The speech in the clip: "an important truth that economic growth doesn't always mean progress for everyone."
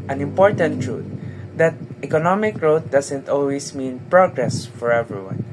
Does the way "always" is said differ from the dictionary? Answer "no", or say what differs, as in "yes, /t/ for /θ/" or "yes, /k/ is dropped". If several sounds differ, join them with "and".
yes, /s/ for /z/